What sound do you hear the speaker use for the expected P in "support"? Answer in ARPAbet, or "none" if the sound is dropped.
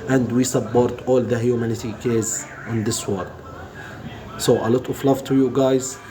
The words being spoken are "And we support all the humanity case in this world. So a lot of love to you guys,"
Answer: B